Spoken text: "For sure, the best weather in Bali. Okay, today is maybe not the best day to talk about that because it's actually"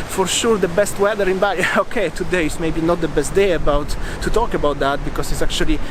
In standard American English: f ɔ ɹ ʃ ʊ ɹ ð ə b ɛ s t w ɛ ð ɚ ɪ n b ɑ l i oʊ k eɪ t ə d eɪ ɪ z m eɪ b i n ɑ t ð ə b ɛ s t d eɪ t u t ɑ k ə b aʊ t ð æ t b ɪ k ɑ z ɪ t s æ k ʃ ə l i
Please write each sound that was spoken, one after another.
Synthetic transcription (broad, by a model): f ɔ ɹ ʃ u ɹ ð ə b ɛ s t w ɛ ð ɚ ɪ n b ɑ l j oʊ k eɪ t ə d eɪ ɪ s m eɪ b i n ɑ t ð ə b ɛ s t d eɪ t u t ɑ k ə b aʊ t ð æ t b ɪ k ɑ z ɪ t s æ k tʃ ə l i